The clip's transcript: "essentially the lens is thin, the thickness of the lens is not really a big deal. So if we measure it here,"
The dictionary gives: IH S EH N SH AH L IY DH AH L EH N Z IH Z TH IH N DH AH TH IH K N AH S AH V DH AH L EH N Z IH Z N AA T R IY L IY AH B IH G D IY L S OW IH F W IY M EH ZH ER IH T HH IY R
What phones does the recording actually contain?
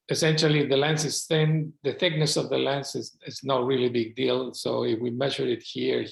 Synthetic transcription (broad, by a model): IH S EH N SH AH L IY DH AH L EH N S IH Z TH IH N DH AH TH IH K N AH S AH V DH AH L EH N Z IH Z N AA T R IY L IY B IH G D IY L S OW IH F W IY M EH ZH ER IH T HH IY R